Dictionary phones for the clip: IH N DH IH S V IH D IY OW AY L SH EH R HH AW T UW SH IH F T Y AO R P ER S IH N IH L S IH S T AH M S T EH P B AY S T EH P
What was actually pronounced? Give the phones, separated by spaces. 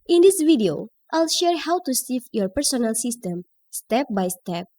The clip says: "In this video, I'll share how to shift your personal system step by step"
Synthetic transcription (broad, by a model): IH N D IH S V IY D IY OW AY L SH EH R HH AW T UW S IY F Y AO R P ER S IH N IH L S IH S T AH M S T EH P B AY S T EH P